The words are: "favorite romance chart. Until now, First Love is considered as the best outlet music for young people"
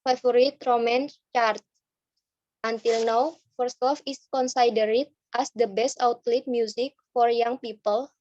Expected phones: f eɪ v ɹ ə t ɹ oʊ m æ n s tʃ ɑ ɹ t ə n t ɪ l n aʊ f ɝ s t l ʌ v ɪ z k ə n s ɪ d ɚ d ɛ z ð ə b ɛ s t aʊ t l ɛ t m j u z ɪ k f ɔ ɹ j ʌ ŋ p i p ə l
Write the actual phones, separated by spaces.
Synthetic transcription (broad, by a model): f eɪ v ɹ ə t ɹ oʊ m æ n s tʃ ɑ ɹ t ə n t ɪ l n aʊ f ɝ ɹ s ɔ f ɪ s k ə n s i d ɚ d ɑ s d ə b ɛ s t aʊ t l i t m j u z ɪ k f ɔ ɹ j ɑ ŋ p i p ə l